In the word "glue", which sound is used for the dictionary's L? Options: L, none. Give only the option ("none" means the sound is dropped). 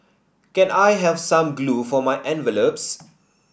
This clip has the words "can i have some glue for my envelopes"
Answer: L